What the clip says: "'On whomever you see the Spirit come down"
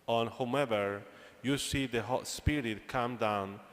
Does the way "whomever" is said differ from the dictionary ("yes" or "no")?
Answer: yes